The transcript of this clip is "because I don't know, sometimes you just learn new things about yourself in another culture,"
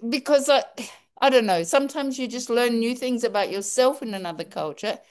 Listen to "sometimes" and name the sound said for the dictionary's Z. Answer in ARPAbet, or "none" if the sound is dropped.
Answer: Z